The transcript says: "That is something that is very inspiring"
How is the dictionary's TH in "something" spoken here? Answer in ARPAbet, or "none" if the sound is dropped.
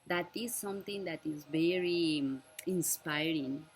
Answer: T